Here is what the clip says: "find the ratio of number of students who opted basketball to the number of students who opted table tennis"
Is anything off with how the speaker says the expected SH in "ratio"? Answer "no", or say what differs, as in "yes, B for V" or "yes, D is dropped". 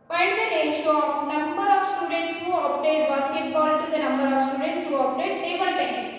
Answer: yes, SH is dropped